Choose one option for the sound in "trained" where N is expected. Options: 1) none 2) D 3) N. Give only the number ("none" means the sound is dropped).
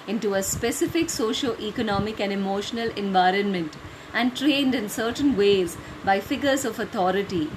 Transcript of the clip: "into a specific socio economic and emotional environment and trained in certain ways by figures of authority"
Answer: 3